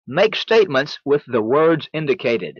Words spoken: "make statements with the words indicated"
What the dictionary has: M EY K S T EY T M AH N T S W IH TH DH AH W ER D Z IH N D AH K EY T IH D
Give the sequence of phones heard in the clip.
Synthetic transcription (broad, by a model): M EY K S T EY T M AH N T S W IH DH AH W ER D Z IH N D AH K EY T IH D